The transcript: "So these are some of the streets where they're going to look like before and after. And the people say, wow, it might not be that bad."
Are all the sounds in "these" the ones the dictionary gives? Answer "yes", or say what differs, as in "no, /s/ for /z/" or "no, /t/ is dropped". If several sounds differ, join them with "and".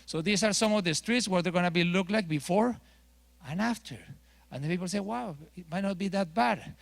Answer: no, /s/ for /z/